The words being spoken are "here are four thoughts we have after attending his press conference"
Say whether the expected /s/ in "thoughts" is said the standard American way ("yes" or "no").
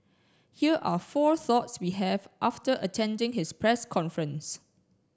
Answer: yes